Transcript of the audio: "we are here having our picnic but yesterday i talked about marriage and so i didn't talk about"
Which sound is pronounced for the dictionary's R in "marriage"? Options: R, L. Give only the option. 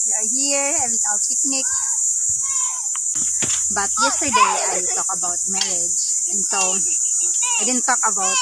L